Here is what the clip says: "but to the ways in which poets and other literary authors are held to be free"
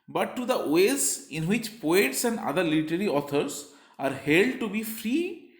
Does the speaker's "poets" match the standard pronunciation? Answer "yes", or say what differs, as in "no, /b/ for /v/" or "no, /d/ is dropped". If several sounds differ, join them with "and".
yes